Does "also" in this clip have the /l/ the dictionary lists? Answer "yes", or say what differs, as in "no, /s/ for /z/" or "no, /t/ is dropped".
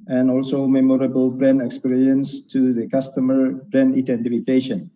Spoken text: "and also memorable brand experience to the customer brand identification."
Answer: yes